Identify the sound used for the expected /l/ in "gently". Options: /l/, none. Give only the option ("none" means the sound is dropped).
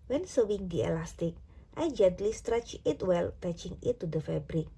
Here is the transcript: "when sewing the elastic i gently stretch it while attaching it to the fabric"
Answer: /l/